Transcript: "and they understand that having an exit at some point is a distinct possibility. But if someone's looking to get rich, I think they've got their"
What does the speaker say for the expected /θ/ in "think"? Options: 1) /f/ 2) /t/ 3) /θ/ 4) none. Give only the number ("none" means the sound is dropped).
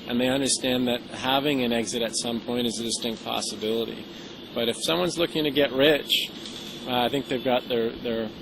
3